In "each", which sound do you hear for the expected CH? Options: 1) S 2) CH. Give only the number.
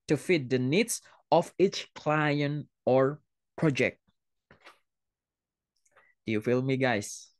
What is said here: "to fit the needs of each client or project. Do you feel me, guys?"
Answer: 2